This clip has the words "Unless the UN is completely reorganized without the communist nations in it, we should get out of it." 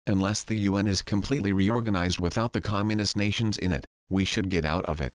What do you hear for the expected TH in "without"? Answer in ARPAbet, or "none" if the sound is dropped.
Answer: TH